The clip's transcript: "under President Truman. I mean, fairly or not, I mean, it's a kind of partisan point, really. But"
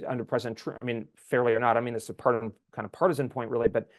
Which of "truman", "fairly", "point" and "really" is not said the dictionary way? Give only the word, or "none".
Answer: truman